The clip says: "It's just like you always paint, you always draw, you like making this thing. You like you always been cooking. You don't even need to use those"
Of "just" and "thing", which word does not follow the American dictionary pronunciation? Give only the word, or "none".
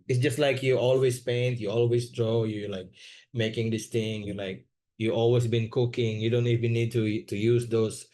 thing